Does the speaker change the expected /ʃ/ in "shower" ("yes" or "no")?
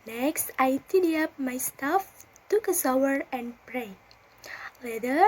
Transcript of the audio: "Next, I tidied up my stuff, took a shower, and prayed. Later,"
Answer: yes